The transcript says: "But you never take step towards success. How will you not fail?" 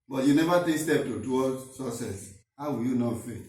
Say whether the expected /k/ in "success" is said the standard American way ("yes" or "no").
no